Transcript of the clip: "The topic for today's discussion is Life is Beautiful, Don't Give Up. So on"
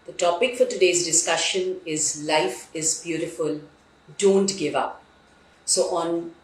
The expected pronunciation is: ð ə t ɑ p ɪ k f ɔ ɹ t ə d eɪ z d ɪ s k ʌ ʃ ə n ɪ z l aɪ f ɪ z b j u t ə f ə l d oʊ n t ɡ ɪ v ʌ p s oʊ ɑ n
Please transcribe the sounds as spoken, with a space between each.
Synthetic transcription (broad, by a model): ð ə t ɑ p ɪ k f ɔ ɹ t ə d eɪ z d ɪ s k ʌ ʃ ə n ɪ z l aɪ f ɪ z b j u t ə f ə l d oʊ n t ɡ ɪ v ʌ p s oʊ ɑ n